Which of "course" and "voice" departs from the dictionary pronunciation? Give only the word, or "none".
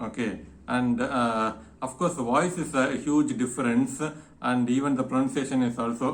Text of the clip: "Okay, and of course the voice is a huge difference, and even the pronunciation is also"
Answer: none